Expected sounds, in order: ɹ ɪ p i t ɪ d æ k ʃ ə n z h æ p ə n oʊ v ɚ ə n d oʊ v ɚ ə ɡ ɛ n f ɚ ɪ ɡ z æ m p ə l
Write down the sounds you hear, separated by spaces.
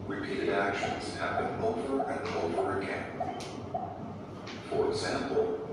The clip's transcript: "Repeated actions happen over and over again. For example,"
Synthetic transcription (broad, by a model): ɹ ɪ p i t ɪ d æ k ʃ ə n z h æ b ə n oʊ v ɚ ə n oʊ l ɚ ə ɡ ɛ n f ɚ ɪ ɡ z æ m p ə l